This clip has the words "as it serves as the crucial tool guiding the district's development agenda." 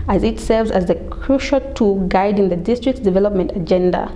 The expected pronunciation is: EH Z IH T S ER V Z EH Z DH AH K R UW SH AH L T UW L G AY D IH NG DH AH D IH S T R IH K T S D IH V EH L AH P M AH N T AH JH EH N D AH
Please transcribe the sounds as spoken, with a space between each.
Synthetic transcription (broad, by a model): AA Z IH T S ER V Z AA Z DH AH K R UW SH AH L T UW G AY D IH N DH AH D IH S T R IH K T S D IH V EH L AH P M AH N T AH JH EH N D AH